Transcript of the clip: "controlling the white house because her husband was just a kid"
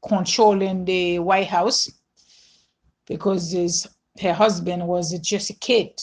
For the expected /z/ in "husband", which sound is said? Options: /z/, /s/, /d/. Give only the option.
/z/